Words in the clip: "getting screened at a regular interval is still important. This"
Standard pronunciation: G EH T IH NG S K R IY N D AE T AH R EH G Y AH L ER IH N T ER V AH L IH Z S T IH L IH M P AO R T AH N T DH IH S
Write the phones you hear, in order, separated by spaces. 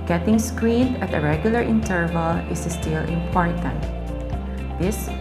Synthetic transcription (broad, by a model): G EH T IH NG S K R IY N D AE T AH R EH G Y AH L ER IH N T ER V AH L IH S S T IH L IH M P AO R T AH N T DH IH S